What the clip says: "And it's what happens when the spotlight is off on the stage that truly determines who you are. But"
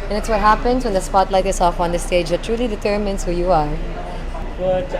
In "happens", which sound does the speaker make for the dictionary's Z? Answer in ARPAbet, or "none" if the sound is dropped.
S